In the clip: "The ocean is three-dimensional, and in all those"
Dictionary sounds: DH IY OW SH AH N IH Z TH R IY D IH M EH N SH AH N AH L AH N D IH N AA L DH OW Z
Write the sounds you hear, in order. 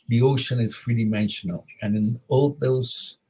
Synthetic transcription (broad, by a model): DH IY OW SH AH N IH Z F R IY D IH M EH N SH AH N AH L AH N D IH N AA L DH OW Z